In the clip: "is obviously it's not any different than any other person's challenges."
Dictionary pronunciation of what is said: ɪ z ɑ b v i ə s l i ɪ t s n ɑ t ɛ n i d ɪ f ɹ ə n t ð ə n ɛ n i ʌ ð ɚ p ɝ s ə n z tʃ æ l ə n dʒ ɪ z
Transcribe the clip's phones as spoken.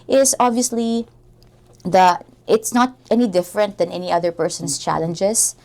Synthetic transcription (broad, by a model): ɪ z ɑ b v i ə s l i ɪ t s n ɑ t ɛ n i d ɪ f ɹ ə n t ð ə n ɛ n i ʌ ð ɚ p ɝ s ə n s tʃ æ l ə n dʒ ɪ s